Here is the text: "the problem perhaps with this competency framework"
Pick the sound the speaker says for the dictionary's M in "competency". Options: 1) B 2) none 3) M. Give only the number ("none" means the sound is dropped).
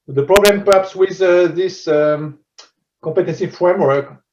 2